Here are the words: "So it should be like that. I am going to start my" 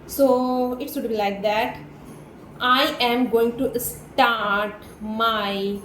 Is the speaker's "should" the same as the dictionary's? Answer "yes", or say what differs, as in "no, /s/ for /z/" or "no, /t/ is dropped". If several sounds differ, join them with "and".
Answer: no, /s/ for /ʃ/